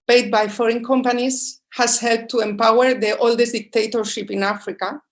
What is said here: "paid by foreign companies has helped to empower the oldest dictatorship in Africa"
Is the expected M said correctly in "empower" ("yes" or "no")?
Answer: yes